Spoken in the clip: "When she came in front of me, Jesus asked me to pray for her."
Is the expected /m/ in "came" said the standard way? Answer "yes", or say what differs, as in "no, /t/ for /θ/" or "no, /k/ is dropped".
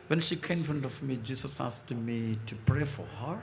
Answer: no, /m/ is dropped